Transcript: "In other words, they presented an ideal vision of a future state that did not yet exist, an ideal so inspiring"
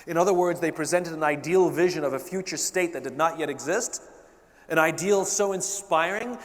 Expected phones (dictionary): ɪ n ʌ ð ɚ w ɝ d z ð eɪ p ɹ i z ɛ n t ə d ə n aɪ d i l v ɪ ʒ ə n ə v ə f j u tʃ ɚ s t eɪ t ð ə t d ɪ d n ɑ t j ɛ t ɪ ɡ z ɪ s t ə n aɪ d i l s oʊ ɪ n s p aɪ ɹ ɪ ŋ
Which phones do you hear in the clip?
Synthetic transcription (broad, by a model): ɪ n ʌ ð ɚ w ɝ d z ð eɪ p ɹ i z ɛ n t ə d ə n aɪ d i l v ɪ ʒ ə n ə v ə f j u tʃ ɚ s t eɪ t ð ə t d ɪ d n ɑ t j ɛ t ɪ ɡ z ɪ s t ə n aɪ d i l s oʊ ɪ n s p aɪ ɹ ɪ ŋ